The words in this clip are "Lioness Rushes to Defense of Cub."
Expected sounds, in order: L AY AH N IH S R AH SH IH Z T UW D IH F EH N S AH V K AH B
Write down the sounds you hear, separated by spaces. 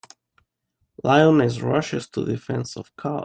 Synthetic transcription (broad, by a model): L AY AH N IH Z R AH SH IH S T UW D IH F EH N S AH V K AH